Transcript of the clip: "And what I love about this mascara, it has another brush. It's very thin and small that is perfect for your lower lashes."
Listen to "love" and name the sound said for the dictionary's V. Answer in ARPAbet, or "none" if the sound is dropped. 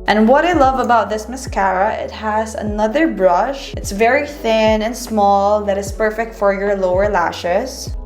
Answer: V